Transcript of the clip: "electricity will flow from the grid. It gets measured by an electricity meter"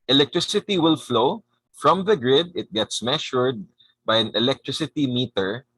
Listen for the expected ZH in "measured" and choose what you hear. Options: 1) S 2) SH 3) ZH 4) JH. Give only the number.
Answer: 2